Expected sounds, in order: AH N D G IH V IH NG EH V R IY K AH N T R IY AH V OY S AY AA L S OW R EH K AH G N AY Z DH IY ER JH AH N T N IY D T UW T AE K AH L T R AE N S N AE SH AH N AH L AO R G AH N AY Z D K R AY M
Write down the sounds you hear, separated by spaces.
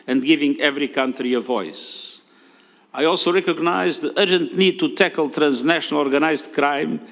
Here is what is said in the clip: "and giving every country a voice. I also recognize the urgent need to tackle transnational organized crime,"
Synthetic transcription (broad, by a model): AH N D G IH V IH NG EH V R IY K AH N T R IY AH V OY S AY AA L S OW R EH K AH G N AY Z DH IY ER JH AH N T N IY D T UW T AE K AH L T R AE N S N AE SH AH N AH L AO R G AH N AY Z D K R AY M